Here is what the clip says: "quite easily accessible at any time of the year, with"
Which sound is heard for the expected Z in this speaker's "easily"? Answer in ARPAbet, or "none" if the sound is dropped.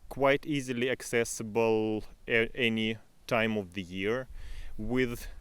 Z